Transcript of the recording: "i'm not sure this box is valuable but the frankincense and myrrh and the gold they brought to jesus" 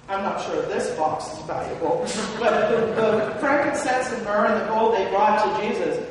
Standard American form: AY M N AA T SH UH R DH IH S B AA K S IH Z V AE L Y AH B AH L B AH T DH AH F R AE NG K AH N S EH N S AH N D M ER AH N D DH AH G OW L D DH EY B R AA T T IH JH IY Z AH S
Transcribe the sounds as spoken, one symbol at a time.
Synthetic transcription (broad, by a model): AY M N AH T SH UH R DH IH S B AA K S IH Z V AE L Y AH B L B AH T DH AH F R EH K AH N S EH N S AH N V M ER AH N DH AH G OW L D DH EY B R AA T T IH JH IY Z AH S